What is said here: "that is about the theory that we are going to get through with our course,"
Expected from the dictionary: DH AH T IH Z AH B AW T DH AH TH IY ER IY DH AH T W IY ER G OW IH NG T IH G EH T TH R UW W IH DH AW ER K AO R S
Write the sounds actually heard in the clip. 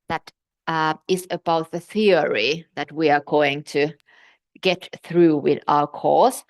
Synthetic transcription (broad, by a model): DH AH T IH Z AH B AW T DH AH TH IY ER IY DH AH T W IY ER G OW IH NG T IH G EH T TH R UW W IH DH AW ER K AO R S